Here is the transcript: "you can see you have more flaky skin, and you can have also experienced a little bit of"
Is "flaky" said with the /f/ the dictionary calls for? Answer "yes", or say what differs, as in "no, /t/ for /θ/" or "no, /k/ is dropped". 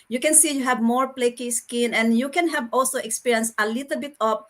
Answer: no, /p/ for /f/